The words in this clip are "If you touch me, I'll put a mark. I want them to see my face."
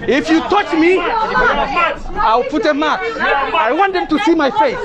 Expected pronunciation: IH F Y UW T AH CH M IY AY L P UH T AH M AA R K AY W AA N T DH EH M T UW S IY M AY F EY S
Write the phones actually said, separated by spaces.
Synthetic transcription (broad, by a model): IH F Y UW T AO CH M IY AY W P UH T AH M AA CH AY W AA N T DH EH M T UW S IY M AY F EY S